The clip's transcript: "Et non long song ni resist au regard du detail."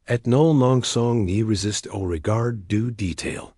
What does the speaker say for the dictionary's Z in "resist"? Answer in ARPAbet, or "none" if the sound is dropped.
Z